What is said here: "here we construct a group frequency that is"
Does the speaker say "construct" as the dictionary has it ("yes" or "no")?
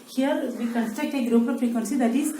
no